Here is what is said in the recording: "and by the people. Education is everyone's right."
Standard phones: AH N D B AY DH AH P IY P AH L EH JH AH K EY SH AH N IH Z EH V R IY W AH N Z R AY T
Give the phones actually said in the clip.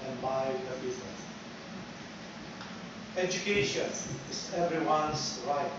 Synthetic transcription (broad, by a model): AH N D B AY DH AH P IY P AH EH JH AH K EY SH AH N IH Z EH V R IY W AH N S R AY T